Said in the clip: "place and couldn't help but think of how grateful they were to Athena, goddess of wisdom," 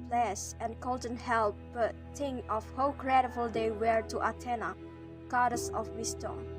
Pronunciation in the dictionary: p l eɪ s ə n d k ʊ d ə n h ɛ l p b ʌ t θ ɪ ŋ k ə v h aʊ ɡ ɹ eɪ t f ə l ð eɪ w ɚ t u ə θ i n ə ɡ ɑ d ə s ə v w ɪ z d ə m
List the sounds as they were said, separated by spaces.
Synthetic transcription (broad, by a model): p l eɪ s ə n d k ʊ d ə n h ɛ l p b ʌ t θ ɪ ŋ ə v h aʊ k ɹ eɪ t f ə l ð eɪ w ɚ t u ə t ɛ n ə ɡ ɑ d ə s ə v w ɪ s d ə